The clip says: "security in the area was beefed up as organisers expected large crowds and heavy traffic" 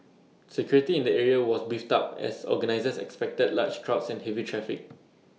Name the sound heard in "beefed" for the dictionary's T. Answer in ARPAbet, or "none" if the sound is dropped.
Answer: T